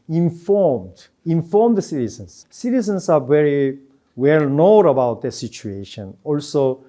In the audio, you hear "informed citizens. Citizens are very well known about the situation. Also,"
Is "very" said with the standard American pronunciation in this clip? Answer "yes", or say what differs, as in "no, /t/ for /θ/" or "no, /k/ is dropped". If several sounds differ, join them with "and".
yes